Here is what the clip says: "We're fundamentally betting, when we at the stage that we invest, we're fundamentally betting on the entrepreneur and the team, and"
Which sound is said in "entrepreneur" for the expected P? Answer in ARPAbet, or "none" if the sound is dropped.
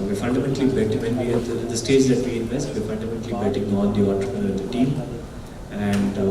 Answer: none